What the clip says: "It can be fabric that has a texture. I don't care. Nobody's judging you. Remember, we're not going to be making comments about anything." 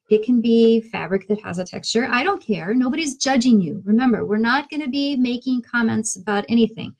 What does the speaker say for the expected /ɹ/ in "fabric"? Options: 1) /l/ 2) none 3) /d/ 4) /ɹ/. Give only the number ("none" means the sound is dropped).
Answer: 4